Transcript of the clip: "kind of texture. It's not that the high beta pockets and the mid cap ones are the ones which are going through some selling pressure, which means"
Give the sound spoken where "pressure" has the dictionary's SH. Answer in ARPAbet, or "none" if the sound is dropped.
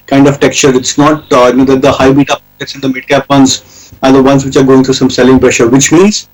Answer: SH